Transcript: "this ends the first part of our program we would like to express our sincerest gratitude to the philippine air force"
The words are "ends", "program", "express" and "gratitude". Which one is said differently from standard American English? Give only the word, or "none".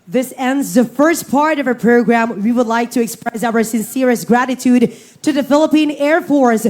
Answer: none